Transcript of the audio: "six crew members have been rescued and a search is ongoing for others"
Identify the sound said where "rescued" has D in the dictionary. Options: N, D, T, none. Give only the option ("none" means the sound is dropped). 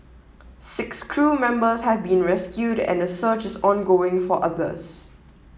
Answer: D